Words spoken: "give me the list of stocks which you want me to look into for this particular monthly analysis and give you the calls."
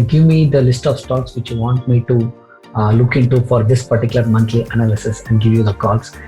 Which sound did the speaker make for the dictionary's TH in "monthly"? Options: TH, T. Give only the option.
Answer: T